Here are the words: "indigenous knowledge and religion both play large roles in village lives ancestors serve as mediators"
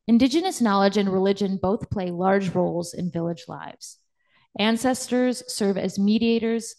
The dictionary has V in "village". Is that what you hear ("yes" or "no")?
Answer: yes